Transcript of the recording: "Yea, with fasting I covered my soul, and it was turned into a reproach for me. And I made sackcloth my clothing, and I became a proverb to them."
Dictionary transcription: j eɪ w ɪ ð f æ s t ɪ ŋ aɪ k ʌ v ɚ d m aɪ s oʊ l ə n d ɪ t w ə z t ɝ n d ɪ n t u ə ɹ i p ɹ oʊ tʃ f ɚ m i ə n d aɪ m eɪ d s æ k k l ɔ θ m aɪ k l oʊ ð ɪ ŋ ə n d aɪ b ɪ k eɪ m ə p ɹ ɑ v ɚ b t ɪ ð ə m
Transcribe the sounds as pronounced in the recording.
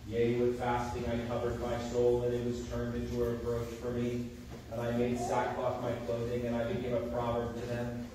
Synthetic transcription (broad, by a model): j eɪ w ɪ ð f æ s t ɪ ŋ aɪ k ʌ v ɚ d m aɪ s oʊ l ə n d ɪ t w ə z t ɝ n d ɪ n t u ə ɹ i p ɹ oʊ tʃ f ɚ m i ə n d aɪ m eɪ d s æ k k ɔ f m aɪ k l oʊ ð ɪ ŋ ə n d aɪ b ɪ k eɪ m ə p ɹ ɑ v ɚ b t ɪ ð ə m